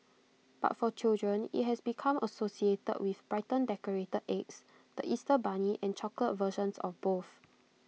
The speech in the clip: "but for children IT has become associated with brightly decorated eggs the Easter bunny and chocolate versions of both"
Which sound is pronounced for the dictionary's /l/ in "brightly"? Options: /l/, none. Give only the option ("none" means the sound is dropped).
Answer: none